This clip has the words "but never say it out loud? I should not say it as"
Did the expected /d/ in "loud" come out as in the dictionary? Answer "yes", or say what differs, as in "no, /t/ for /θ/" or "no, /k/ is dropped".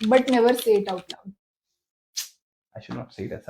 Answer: no, /d/ is dropped